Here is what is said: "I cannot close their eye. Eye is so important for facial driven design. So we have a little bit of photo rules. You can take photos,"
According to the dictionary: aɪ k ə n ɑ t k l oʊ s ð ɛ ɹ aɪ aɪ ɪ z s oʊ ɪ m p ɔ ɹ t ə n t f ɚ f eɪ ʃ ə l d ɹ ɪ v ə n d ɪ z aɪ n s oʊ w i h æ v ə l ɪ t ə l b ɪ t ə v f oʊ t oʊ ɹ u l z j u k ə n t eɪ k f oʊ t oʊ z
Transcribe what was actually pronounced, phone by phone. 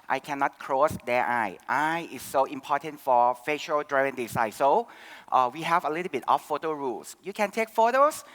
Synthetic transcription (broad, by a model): aɪ k ə n ɑ t k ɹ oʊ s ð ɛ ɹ aɪ aɪ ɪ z s oʊ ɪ m p ɔ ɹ t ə n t f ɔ f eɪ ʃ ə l d ɹ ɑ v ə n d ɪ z aɪ s oʊ w i h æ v ə l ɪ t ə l b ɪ t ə f oʊ t oʊ ɹ u l s j u k ə n t eɪ k f oʊ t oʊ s